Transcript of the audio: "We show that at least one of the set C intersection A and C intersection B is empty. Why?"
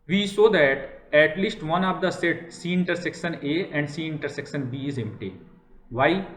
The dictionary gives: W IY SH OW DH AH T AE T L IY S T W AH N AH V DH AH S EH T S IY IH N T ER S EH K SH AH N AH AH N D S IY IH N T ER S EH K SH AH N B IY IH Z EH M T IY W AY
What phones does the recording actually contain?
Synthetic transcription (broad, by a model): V IY S OW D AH T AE T L IY S T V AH N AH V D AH S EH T S IY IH N T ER S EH K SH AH N AH AH N D S IY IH N T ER S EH K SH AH N B IY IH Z EH M T IY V AY